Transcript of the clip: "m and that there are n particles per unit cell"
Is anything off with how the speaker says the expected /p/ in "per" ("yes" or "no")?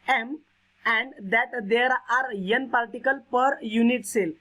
no